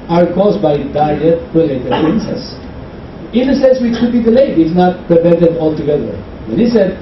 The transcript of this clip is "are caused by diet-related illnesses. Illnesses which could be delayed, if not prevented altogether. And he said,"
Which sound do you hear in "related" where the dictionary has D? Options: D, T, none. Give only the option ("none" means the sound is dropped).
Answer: none